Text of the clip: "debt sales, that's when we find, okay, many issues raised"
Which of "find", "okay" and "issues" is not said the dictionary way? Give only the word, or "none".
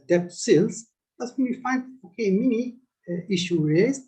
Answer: issues